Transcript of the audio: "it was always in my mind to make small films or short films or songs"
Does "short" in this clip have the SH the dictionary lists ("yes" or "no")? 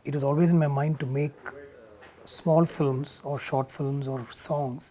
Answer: yes